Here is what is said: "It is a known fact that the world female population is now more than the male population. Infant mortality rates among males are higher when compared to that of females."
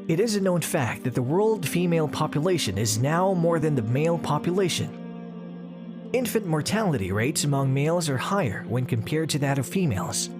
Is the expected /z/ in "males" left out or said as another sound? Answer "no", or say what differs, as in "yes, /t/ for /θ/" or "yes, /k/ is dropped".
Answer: no